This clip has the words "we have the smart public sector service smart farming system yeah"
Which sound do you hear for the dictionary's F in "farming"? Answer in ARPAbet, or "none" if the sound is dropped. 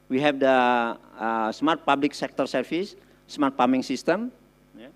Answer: P